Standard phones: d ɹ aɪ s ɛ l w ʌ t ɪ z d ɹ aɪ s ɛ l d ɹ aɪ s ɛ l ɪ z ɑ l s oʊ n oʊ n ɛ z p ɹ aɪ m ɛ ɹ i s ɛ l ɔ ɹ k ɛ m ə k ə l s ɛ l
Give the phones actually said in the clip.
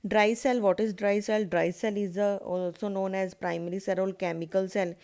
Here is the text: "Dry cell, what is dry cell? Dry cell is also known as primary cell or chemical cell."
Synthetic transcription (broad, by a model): d ɹ aɪ s ɛ l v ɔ t ɪ z d ɹ aɪ s ɛ l d ɹ aɪ s ɛ l ɪ z ɑ l s oʊ n oʊ n ɛ z p ɹ aɪ m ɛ ɹ i s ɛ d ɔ l k ɛ m ə k ə l s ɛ l